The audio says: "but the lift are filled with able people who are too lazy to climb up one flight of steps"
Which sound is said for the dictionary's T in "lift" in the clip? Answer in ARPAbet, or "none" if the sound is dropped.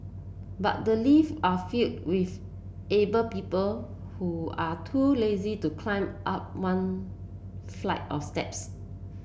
none